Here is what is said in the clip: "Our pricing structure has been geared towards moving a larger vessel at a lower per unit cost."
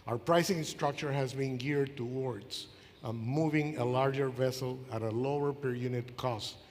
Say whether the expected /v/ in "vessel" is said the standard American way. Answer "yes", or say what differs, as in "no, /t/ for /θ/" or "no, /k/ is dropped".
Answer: yes